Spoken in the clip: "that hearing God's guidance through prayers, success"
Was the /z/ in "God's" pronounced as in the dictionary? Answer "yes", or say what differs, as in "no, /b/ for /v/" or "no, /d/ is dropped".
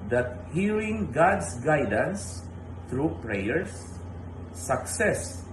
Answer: no, /s/ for /z/